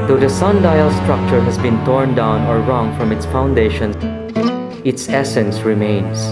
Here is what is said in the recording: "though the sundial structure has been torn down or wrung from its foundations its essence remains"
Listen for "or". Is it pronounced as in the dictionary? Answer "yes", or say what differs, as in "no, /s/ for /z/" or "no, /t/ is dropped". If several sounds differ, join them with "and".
yes